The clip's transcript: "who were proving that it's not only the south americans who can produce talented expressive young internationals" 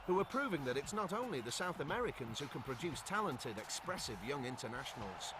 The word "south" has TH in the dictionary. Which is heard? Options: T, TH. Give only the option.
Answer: TH